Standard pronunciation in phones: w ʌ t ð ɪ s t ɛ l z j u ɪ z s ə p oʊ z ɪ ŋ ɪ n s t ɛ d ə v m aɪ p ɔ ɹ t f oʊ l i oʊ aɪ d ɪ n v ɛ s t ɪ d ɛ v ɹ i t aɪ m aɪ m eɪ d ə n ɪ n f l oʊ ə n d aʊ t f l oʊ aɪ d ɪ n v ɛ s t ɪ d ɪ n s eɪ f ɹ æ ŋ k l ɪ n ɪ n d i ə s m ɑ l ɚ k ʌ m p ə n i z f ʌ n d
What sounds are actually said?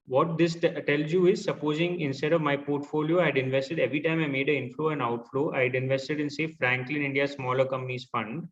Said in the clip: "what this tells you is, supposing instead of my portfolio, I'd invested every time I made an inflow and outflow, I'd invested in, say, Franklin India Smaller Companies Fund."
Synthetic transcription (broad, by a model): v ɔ t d ɪ s t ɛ l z j u ɪ z s ə p oʊ z ɪ ŋ ɪ n s t ɛ d ə v m aɪ p ɔ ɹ t f oʊ l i oʊ aɪ d ɪ n v ɛ s t ɪ d ɛ v ɹ i t aɪ m aɪ m eɪ d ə ɪ n f l oʊ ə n aʊ t f l oʊ aɪ d ɪ n v ɛ s t ɪ d ɪ n s eɪ f ɹ æ ŋ k l ɪ n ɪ n d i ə s m ɑ l ɚ k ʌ m p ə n i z f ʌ n d